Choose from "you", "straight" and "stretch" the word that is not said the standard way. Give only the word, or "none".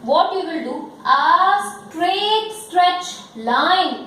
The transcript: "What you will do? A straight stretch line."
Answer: none